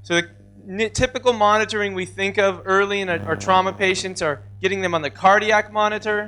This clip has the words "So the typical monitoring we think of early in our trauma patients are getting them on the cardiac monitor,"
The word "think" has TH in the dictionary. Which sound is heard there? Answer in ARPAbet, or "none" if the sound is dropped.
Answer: TH